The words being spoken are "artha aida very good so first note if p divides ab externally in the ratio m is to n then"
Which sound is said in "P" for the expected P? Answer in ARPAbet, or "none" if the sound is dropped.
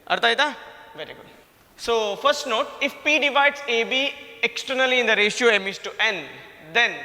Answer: P